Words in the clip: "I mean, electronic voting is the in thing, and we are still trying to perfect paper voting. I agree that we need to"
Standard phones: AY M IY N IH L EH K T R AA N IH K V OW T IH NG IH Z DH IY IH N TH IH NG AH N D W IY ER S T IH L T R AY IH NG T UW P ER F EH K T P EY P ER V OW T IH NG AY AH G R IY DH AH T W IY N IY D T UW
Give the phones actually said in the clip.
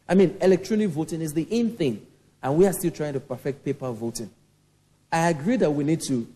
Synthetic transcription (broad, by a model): AY M IY N IH L EH K T R AA N IH K V OW T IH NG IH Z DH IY IH N TH IH NG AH N W IY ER S T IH L T R AY IH NG T UW P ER F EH K T P EY P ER V OW T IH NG AY AH G R IY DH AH T W IY N IY D T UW